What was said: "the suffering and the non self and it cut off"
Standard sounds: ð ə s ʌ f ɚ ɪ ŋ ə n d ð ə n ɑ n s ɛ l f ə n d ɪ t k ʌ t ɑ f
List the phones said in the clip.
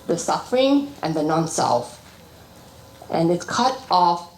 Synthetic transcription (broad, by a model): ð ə s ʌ f ɚ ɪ ŋ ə n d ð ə n ɑ n s ɛ l f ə n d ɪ t k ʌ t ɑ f